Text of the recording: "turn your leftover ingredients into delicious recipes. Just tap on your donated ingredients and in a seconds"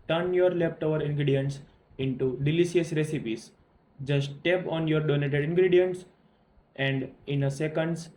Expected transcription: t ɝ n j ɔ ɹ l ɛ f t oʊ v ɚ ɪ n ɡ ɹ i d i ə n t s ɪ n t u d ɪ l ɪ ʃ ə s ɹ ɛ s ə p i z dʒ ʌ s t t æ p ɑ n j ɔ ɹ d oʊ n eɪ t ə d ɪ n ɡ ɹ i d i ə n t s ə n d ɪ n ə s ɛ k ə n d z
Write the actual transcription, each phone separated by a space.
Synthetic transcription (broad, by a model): t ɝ n j ɔ ɹ l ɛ p t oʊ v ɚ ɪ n ɡ ɹ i d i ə n t s ɪ n t u d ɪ l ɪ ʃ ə s ɹ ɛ s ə p i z dʒ ʌ s t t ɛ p ɑ n j ɔ ɹ d oʊ n eɪ t ə d ɪ n ɡ ɹ i d i ə n t s ə n d ɪ n ə s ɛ k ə n d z